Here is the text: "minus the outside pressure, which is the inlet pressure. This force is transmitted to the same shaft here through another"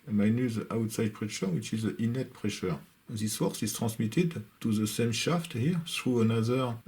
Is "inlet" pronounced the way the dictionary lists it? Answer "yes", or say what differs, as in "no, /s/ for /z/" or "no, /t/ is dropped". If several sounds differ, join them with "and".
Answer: no, /l/ is dropped